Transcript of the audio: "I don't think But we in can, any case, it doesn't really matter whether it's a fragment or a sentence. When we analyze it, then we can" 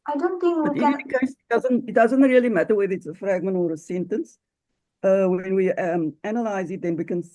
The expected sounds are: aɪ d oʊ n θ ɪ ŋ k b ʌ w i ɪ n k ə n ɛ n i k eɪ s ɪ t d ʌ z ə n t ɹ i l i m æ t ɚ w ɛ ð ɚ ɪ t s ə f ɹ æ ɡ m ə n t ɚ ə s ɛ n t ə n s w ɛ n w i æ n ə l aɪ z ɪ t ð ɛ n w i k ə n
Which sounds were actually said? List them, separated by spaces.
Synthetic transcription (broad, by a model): aɪ d oʊ n θ ɪ ŋ k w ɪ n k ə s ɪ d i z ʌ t ɪ t d ʌ z ə n t ɹ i l i m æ t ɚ w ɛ ð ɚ ɪ t s ə f ɹ æ ɡ m ə n t ɚ ə s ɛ n t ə n s w ɛ n w i æ n ə l aɪ z ɪ t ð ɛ n w i k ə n